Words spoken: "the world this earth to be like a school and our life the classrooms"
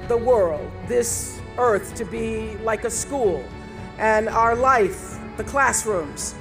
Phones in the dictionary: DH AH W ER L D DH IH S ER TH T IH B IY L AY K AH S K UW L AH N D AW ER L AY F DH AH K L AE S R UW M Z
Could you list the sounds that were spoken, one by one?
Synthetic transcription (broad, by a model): DH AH W ER L D DH IH S ER TH T IH B IY L AY K AH S K UW L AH N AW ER L AY F DH AH K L AE S R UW M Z